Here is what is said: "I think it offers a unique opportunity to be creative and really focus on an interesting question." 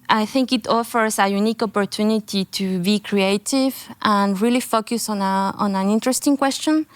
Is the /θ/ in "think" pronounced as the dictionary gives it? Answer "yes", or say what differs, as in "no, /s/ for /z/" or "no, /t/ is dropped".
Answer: yes